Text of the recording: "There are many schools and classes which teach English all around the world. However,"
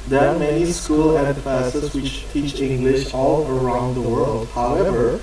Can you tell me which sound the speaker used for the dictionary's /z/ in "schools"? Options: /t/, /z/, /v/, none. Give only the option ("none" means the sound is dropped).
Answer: none